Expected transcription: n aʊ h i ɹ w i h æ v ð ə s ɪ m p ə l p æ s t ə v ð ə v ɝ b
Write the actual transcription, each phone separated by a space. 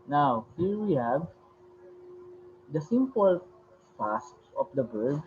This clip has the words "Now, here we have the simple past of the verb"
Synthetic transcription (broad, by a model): n aʊ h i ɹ w i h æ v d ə s ɪ m p ə l f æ s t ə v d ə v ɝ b